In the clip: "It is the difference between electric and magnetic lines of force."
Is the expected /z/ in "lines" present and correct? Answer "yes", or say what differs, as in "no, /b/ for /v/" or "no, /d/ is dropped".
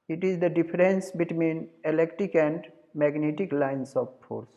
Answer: no, /s/ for /z/